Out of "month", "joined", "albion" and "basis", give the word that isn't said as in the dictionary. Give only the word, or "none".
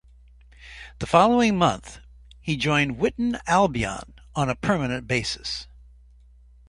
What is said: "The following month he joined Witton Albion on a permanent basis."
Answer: none